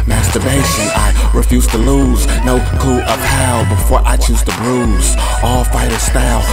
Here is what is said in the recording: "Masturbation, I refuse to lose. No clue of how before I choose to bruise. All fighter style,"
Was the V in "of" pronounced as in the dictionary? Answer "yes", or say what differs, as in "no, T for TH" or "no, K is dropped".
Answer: no, P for V